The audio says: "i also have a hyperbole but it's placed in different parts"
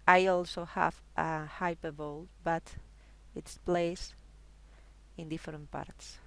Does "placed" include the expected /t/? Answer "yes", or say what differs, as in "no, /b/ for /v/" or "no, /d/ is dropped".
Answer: no, /t/ is dropped